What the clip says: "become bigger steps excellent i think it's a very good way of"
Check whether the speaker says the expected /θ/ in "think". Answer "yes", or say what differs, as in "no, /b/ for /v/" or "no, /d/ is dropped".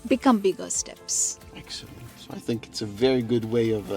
yes